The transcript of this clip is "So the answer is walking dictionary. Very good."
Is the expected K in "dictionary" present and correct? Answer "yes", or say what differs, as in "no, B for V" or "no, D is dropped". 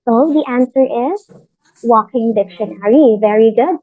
yes